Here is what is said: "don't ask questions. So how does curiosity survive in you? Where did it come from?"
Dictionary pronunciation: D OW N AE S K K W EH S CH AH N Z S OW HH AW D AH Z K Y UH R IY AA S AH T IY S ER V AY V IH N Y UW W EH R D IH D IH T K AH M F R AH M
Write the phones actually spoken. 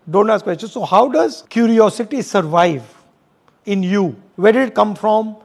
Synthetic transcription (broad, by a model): D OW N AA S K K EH CH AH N S OW HH AW D AH Z K Y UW R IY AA S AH T IY S ER V AY V IH N Y UW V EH R D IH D IH T K AH M F R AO M